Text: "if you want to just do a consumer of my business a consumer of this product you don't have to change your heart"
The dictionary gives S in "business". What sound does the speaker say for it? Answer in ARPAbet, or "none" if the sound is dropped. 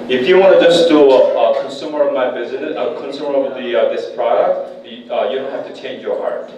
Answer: none